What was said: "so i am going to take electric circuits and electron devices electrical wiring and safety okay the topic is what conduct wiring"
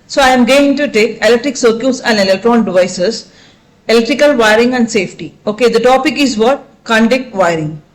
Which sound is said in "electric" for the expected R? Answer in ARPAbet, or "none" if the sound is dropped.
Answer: R